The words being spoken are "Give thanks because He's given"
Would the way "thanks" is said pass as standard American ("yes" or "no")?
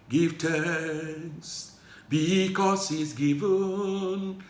no